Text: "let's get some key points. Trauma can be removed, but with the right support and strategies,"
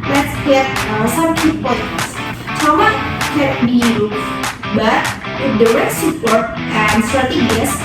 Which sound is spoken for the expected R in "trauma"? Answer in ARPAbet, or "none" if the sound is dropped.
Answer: none